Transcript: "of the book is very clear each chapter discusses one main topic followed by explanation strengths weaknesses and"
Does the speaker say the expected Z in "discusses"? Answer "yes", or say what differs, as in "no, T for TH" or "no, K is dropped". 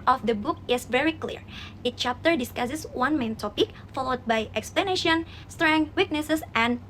no, S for Z